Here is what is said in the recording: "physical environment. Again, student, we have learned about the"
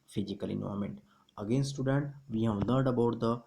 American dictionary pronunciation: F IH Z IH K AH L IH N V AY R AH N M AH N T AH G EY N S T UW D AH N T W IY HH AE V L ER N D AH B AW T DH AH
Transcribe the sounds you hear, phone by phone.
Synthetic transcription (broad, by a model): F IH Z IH K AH L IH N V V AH M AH N T AH G EY N S T UW D AH N T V IY HH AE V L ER D AH B AW T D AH